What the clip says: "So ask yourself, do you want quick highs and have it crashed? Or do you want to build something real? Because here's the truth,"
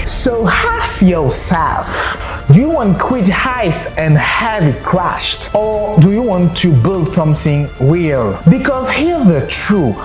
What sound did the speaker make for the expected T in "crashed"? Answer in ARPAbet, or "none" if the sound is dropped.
T